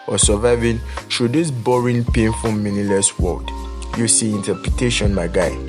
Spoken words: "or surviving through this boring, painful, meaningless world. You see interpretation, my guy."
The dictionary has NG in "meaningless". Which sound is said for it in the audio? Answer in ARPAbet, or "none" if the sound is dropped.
none